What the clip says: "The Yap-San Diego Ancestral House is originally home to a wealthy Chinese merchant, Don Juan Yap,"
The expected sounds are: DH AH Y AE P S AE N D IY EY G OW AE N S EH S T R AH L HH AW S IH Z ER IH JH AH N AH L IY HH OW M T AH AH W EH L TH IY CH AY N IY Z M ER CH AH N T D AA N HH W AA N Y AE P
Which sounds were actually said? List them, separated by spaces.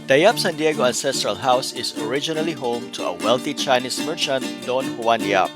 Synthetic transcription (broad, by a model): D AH Y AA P S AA N D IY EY G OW AE N S EH S T R AH L HH AW S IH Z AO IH JH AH N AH L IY HH OW M T AH AH W EH L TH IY CH AY N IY S M ER CH AH N T D AA N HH W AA N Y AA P